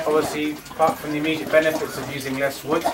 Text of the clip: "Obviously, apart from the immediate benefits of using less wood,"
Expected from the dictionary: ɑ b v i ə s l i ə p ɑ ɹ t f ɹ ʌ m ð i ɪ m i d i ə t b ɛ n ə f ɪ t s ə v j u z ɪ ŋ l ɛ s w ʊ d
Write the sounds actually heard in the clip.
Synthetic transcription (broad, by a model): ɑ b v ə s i p ɑ t f ɹ ʌ m ð i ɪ m i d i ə t b ɛ n ə f ɪ t s ə v j u z ɪ ŋ l ɛ s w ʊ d